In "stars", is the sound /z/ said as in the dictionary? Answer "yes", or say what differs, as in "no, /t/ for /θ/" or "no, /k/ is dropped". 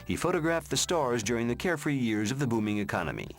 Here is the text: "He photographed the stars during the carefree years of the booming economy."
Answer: yes